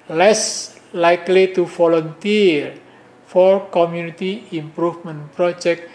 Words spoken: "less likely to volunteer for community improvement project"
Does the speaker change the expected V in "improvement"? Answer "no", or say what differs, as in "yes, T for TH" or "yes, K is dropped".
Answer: yes, F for V